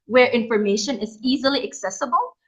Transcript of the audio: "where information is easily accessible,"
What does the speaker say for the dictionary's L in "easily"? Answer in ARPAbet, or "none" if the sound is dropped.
L